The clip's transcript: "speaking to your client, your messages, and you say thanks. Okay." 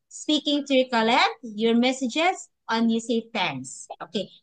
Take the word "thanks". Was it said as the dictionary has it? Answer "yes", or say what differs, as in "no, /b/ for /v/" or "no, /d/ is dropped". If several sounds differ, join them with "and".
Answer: no, /t/ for /θ/